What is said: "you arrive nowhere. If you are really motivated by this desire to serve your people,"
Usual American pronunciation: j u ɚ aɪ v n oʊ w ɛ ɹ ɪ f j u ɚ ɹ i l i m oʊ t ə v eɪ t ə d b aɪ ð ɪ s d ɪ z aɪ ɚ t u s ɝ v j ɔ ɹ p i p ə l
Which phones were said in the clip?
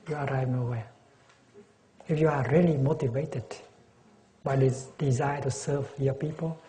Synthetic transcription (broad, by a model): j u ɚ aɪ v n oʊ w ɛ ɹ ɪ f j u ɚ ɹ i l i m oʊ t ə v eɪ t ə d b aɪ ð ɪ d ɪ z aɪ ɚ t u s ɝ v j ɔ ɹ p i p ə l